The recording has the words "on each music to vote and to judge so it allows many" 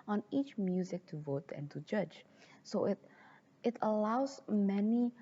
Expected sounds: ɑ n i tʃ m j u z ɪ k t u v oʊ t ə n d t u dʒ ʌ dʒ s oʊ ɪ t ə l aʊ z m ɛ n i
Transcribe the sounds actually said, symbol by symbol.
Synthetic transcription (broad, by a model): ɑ n i tʃ m j u z ɪ k t u v oʊ t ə n t u dʒ ʌ dʒ s oʊ ɪ t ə l aʊ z m ɛ n i